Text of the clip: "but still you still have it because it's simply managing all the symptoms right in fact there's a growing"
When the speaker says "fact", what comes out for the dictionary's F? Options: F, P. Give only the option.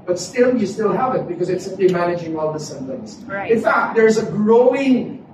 F